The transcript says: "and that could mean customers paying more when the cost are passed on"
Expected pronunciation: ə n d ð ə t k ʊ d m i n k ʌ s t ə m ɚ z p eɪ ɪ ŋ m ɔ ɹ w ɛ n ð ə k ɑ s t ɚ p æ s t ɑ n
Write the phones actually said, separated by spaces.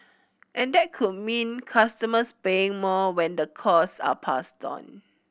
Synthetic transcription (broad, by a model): ə n d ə t k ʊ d m i n k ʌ s t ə m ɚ s p eɪ ɪ ŋ m ɔ w ɛ n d ə k ɑ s ɑ p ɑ s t ɑ n